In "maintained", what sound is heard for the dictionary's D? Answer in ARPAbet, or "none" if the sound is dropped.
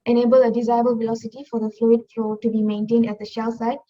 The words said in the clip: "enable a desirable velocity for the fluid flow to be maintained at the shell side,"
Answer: D